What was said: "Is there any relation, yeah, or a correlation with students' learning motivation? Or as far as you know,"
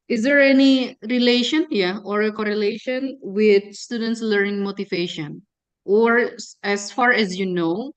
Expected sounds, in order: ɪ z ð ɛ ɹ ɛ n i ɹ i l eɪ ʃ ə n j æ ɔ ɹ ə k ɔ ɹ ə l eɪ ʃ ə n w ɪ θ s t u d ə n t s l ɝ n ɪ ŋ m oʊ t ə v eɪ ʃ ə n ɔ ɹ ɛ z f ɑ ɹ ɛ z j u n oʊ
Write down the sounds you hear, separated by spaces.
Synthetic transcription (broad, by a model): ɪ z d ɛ ɹ ɛ n i ɹ i l eɪ ʃ ə n j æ ɔ ɹ ə k ɔ ɹ ə l eɪ ʃ ə n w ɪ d s t u d ə n t s l ɝ n ɪ ŋ m oʊ t ə v eɪ ʃ ə n ɔ ɹ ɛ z f ɑ ɹ ɛ z j u n oʊ